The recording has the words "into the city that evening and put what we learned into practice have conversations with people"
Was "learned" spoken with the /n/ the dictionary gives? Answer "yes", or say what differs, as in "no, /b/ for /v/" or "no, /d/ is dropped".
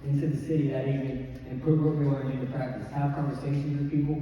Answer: no, /n/ is dropped